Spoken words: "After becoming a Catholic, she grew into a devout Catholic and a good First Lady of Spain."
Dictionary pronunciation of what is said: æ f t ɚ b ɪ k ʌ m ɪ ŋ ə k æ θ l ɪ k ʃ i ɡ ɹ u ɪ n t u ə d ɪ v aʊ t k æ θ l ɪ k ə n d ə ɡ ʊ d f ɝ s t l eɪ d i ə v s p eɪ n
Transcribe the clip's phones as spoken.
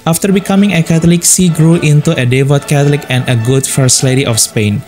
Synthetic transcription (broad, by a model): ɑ f t ɚ b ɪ k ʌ m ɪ ŋ ə k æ t l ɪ k s i ɡ ɹ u ɪ n t u ə d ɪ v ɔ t k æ t l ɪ k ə n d ə ɡ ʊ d f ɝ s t l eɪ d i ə f s p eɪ n